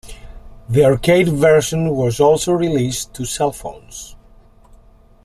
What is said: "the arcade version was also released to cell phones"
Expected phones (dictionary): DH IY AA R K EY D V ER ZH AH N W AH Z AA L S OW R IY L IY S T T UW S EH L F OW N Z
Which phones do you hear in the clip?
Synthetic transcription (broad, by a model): DH IY AA R K EY D V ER SH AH N W AH Z AA L S OW R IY L IY S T T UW S EH L F OW N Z